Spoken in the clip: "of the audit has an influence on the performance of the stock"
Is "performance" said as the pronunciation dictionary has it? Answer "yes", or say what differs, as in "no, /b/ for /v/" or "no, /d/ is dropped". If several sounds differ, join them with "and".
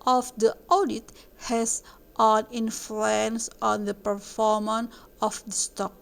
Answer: no, /s/ is dropped